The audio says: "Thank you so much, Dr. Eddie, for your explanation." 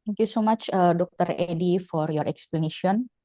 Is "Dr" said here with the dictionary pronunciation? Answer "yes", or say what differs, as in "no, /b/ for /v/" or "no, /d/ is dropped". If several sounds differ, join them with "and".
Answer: yes